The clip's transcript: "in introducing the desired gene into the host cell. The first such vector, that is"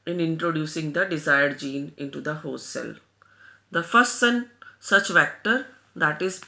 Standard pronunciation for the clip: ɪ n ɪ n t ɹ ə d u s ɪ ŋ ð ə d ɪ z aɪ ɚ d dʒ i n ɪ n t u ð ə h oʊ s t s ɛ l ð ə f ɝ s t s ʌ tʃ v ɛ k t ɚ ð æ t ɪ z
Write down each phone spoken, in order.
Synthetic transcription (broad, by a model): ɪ n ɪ n t ɹ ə d u s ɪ ŋ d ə d ɪ z aɪ ɚ d dʒ i n ɪ n t u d ə h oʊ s s ɛ l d ə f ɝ s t s ʌ tʃ v ɛ k t ɚ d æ t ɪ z